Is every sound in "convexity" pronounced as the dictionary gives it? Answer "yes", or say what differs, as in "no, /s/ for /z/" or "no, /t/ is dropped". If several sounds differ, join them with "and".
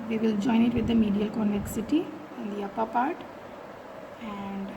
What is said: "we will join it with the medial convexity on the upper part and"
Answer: no, /v/ is dropped